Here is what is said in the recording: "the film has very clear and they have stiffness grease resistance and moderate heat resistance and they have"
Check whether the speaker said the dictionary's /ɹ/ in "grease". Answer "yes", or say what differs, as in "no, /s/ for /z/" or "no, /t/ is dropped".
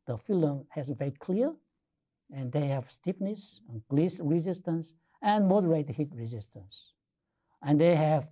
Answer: no, /l/ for /ɹ/